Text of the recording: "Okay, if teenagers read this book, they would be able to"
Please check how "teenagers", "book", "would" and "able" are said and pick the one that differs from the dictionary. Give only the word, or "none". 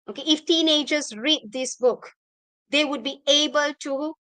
none